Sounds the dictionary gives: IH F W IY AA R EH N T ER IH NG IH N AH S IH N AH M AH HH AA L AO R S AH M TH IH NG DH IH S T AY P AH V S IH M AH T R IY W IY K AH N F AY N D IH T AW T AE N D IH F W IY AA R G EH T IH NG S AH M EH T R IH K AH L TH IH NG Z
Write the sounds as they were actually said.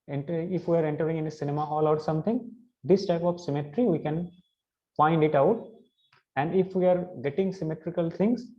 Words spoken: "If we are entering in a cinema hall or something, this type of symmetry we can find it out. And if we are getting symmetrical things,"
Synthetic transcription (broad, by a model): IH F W IY AA R EH N T ER IH NG IH N AH S IH N AH M AH HH AA L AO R S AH M T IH NG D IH S T AY P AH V S IH M AH T R IY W IY K AH N F AY N D IH T AW T AE N D IH F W IY AA R G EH T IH NG S AH M EH T R IH K AH L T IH NG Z